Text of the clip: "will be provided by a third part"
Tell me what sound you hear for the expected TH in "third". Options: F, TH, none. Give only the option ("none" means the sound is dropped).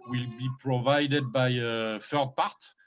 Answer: F